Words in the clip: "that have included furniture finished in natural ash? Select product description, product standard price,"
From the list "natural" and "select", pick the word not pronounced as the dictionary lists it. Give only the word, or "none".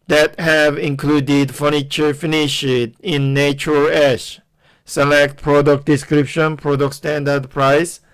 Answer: natural